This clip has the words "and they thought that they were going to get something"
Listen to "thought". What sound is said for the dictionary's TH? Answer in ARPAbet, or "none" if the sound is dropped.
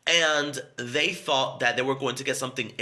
TH